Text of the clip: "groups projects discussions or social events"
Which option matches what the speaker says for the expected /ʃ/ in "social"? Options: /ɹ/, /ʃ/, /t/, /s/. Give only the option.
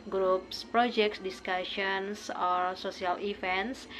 /s/